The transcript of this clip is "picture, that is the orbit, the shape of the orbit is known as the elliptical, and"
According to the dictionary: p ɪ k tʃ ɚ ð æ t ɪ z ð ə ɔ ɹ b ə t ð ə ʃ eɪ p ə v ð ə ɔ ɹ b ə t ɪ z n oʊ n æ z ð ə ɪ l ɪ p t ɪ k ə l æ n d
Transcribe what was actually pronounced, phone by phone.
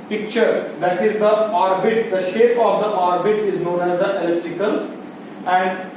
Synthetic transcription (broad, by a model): p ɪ k tʃ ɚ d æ t ɪ z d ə ɔ ɹ b ə t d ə ʃ eɪ p ə v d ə ɔ ɹ b ə t ɪ z n oʊ n æ z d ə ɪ l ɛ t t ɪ k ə l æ n d